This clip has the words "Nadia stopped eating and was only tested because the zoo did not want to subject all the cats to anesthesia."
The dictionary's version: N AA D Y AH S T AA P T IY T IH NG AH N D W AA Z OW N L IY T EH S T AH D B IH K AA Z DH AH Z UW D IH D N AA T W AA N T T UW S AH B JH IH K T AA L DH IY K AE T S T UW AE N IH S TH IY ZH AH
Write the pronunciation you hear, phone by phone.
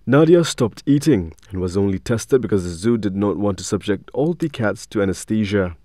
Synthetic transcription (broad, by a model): N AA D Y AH S T AA P T IY T IH NG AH N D W AA Z OW N L IY T EH S T AH D B IH K AA Z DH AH Z UW D IH D N AA T W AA N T T UW S AH B JH IH K T AA L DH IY K AE T S T UW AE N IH S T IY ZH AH